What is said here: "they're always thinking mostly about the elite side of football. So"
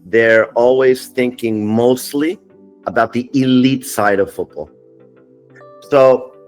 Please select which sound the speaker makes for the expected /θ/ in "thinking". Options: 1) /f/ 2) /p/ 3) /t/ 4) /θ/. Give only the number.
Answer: 4